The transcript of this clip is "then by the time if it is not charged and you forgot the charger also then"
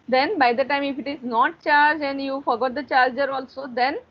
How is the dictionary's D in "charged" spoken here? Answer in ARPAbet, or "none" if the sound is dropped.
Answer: none